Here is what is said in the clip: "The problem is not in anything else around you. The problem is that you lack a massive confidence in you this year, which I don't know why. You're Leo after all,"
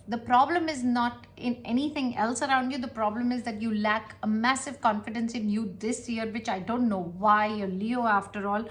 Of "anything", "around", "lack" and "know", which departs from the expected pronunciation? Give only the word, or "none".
anything